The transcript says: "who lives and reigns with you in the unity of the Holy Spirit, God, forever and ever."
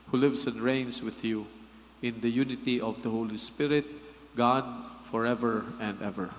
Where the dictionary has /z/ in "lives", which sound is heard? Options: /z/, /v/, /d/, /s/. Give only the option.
/s/